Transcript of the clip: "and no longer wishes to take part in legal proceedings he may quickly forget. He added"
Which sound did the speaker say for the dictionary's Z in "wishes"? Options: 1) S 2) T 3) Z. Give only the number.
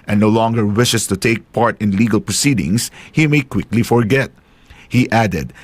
1